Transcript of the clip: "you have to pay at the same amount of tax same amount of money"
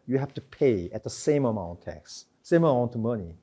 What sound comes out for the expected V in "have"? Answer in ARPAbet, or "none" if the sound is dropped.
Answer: F